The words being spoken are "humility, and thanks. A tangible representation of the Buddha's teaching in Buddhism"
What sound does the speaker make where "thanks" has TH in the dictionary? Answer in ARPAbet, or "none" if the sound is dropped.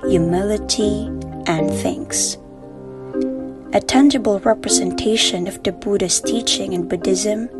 TH